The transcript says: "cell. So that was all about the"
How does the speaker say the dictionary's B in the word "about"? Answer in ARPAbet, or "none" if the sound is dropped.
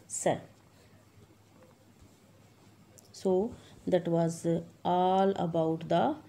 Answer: B